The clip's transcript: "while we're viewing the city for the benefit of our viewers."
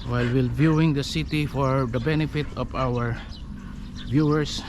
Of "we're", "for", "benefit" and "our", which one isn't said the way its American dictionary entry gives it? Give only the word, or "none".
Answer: we're